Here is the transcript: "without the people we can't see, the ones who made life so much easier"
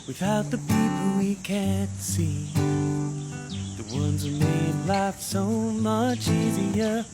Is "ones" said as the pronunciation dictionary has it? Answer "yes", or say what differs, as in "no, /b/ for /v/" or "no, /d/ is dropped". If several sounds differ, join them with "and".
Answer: yes